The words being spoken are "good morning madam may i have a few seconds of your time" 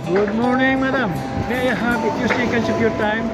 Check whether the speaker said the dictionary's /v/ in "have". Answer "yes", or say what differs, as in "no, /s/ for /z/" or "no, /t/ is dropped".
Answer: no, /b/ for /v/